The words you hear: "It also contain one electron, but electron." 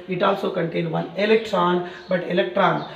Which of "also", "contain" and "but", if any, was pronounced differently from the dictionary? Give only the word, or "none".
none